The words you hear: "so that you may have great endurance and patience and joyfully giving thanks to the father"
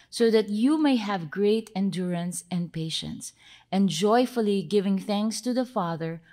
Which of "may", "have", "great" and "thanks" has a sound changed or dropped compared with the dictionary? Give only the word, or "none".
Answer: none